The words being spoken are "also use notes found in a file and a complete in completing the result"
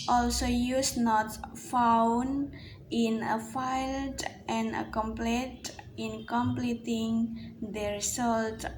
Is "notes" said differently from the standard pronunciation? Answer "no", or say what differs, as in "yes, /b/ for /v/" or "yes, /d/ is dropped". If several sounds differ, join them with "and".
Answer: yes, /s/ is dropped